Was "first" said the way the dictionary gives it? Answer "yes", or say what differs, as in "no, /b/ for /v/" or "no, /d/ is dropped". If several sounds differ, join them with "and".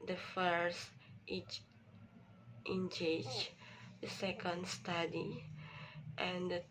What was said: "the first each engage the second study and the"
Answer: yes